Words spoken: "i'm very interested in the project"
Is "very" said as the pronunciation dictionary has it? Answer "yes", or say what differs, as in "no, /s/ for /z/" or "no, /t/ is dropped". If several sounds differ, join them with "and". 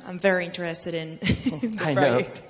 yes